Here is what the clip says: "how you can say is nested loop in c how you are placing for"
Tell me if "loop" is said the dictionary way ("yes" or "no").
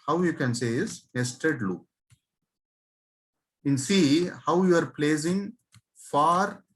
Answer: no